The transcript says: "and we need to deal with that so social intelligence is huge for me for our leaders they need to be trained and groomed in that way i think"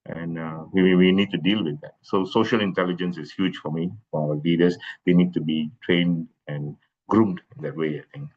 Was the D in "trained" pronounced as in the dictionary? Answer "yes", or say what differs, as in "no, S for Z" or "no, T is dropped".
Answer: yes